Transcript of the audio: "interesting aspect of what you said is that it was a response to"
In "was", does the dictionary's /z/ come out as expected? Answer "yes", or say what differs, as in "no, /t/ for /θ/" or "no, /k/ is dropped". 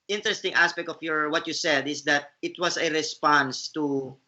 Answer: no, /s/ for /z/